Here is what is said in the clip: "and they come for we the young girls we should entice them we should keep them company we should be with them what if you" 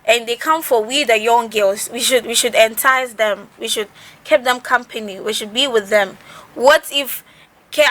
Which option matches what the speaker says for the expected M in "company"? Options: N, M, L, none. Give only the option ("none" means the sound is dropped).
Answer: M